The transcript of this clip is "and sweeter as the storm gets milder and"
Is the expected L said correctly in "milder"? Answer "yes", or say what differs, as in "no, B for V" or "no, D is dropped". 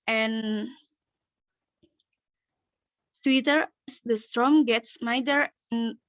no, L is dropped